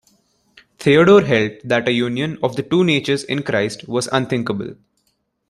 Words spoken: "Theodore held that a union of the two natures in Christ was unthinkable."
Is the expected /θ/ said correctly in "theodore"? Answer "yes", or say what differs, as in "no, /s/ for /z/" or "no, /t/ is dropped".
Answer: no, /t/ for /θ/